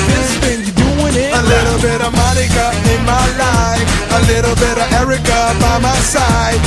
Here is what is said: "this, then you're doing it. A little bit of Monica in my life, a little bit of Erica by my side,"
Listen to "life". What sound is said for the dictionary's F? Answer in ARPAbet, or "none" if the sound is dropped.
none